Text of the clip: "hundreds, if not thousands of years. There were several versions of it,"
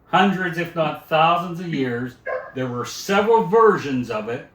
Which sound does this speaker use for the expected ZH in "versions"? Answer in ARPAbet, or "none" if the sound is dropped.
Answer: ZH